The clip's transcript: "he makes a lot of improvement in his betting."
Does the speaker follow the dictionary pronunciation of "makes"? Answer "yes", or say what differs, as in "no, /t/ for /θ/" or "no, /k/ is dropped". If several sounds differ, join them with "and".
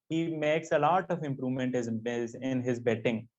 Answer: yes